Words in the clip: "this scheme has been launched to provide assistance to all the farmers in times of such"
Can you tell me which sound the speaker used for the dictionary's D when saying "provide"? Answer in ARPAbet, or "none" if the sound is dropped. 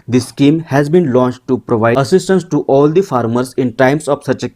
none